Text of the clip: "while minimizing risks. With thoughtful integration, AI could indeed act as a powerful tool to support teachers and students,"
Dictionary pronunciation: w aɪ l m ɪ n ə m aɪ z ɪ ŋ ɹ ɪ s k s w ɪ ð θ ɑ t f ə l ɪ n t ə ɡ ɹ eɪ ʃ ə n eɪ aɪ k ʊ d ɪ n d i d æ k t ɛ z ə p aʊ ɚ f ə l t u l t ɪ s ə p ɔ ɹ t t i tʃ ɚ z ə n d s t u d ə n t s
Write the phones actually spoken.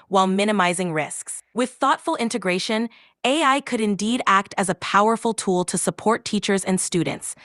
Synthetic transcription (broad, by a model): w aɪ l m ɪ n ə m aɪ z ɪ ŋ ɹ ɪ s k s w ɪ ð θ ɑ t f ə l ɪ n t ə ɡ ɹ eɪ ʃ ə n eɪ aɪ k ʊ d ɪ n d i d æ k t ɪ z ə p aʊ ɚ f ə l t u l t ɪ s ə p ɔ ɹ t t i tʃ ɚ z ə n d s t u d n t s